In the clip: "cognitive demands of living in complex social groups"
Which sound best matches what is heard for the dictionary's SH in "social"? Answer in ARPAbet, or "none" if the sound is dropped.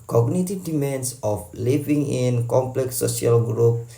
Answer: none